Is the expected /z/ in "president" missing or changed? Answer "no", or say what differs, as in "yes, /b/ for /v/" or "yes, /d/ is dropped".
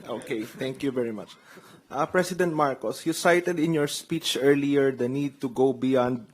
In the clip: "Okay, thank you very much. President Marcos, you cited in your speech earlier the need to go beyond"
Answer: yes, /s/ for /z/